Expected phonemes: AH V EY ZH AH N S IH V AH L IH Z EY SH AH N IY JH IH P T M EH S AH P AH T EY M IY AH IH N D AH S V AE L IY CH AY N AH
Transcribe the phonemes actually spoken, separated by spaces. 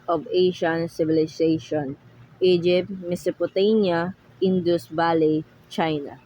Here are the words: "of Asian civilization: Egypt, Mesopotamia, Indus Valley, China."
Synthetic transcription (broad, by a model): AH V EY SH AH N S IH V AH L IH S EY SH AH N IY JH IH P T M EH S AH P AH T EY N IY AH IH N D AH S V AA L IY CH AY N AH